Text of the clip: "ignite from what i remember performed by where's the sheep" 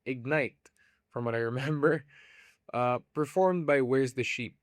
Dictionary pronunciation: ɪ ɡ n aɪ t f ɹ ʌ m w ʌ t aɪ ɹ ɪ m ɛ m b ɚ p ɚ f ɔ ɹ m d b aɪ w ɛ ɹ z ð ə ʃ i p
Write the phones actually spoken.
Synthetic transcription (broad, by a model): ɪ ɡ n aɪ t f ɹ ʌ m w ʌ t aɪ ɹ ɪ m ɛ m b ɚ p ɚ f ɔ ɹ m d b aɪ w ɛ ɹ z ð ə ʃ i p